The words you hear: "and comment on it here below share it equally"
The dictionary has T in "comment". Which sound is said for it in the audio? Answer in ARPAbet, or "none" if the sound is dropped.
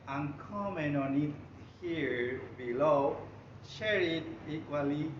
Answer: none